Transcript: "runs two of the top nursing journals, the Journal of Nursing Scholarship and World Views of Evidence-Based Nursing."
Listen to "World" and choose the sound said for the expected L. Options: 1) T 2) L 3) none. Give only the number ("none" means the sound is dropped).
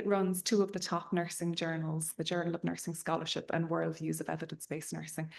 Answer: 2